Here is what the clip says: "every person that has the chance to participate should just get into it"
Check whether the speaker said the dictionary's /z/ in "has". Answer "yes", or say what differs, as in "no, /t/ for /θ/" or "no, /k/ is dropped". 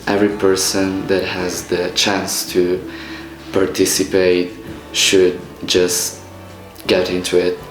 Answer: yes